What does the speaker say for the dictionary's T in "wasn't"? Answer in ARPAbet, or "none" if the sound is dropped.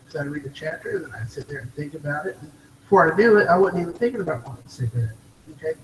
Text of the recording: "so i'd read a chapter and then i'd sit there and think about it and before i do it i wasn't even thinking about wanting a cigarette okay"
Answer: none